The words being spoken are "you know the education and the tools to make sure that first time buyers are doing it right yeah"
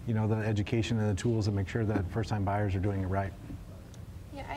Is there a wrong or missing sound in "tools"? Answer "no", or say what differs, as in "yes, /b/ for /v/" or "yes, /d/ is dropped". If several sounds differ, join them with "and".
no